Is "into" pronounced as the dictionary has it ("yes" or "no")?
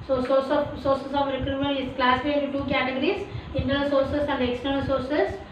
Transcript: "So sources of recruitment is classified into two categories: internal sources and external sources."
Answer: no